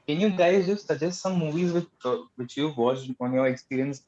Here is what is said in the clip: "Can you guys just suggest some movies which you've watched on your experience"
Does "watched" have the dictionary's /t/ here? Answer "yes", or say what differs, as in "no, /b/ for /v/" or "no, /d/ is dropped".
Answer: no, /t/ is dropped